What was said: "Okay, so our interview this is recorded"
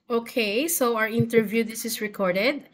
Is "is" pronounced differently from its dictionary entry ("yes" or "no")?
yes